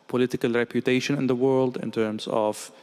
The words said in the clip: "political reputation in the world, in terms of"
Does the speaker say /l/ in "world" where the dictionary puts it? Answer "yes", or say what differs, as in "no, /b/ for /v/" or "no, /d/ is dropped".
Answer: yes